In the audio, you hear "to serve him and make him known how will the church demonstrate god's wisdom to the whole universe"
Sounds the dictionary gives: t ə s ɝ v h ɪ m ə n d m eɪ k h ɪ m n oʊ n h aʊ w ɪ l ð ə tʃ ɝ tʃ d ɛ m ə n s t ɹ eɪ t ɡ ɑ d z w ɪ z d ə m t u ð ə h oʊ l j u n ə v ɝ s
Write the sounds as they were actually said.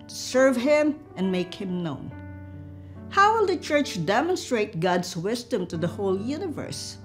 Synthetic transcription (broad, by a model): s ɝ v h ɪ m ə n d m eɪ k h ɪ m n oʊ n h aʊ w ɪ l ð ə tʃ ɝ tʃ d ɛ m ə n s t ɹ eɪ t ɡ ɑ d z w ɪ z d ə m t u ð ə h oʊ l j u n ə v ɝ s